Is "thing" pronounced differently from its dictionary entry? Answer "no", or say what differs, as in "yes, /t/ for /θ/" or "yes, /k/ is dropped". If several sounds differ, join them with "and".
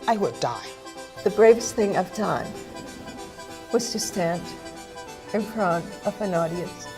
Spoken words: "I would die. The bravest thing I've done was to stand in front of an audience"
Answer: no